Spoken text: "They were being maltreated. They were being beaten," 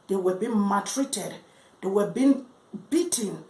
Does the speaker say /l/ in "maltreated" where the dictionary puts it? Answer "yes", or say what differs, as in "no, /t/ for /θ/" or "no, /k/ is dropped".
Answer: no, /l/ is dropped